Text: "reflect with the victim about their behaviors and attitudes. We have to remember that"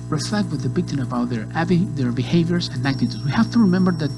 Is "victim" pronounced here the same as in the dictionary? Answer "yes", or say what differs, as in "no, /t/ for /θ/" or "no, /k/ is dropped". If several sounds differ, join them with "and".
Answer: no, /b/ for /v/